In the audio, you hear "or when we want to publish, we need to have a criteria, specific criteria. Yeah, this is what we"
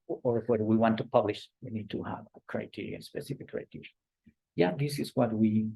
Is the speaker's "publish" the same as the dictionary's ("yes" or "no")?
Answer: yes